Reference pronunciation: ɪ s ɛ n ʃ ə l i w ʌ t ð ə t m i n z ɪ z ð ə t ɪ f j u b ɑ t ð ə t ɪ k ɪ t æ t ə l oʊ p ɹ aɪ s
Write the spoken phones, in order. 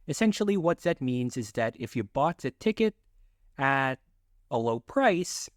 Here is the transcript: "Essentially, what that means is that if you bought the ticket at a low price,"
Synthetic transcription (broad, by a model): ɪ s ɛ n ʃ l i w ʌ t ð ə t m i n z ɪ z ð ə t ɪ f j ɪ b ɑ t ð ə t ɪ k ɪ t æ t ə l oʊ p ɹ aɪ s